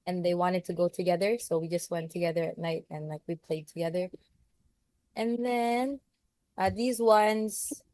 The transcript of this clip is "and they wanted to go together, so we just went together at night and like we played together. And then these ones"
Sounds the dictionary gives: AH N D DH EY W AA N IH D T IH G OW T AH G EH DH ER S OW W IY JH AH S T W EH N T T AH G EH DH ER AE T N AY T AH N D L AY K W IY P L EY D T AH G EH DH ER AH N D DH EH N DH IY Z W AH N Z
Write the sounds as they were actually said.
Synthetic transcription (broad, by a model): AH N DH EY W AA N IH D T IH G OW T AH G EH DH ER S OW W IY JH AH S T W EH N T T AH G EH DH ER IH T N AY T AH N L AY K W IY P L EY D T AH G EH DH ER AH N DH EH N DH IY Z W AH N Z